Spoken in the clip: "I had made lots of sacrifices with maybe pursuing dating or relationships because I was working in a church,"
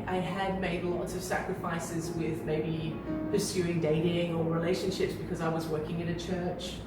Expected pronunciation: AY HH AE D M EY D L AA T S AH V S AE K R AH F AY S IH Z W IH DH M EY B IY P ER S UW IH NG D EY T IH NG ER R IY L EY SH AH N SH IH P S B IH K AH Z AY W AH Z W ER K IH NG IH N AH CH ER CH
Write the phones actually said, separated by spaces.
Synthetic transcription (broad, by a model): AY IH D M EY D L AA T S AH V S AE K R AH F AY S IH Z W IH DH M EY B IY P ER S UW IH NG D EY T IH NG ER R IY L EY SH AH N SH IH P S B IH K AH Z AY W AH Z W ER K IH NG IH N AH CH ER CH